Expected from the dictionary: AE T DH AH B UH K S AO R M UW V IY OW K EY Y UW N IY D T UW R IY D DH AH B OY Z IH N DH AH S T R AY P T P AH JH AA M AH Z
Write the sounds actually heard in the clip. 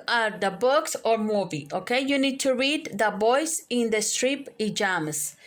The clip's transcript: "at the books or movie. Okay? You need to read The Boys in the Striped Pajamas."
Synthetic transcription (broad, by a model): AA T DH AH B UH K S AO R M UW V IY OW K EY Y UW N IY D T UW R IY D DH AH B OY S IH N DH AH S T R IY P P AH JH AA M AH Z